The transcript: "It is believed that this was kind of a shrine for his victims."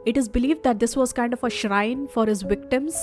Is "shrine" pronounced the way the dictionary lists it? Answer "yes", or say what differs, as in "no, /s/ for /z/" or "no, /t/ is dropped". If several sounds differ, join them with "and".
yes